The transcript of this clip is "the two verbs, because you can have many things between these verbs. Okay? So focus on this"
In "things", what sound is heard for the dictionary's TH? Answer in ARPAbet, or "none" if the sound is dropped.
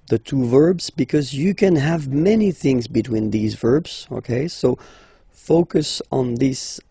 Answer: TH